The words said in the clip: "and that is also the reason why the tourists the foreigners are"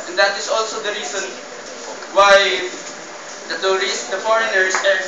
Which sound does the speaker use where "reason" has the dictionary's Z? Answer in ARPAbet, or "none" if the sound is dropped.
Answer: S